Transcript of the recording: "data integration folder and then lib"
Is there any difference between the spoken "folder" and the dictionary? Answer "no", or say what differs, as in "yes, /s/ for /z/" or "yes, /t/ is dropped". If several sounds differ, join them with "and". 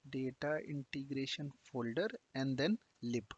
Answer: no